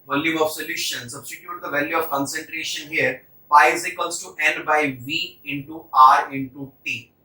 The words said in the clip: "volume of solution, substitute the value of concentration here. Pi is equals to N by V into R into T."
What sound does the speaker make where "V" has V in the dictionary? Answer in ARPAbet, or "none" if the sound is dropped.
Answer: V